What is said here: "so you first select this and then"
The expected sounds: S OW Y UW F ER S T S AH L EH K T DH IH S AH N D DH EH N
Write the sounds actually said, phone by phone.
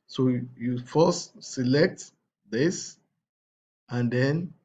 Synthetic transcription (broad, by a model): S OW Y UW F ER S T S AH L EH K T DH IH S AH N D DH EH N